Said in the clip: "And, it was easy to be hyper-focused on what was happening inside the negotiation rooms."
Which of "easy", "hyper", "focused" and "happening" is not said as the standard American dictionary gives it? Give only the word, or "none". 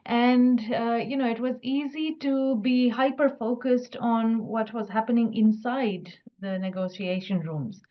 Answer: none